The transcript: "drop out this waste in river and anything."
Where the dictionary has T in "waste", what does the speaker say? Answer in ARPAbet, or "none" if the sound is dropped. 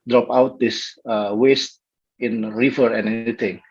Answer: T